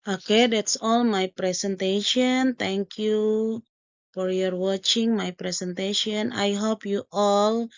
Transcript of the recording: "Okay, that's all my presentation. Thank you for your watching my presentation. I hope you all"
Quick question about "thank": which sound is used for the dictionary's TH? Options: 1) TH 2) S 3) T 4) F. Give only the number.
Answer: 3